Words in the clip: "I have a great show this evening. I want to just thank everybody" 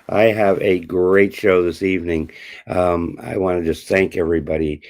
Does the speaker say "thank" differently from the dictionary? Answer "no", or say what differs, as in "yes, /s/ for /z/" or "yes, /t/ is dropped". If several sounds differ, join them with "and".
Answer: no